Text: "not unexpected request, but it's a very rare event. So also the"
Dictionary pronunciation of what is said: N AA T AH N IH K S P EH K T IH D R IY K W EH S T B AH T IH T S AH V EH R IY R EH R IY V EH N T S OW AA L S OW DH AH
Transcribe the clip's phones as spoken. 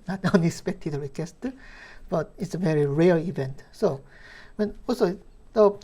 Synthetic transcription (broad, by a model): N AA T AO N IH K S P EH K T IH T R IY K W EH S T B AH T IH T S AH V EH R IY R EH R IY V EH N T S OW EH N S OW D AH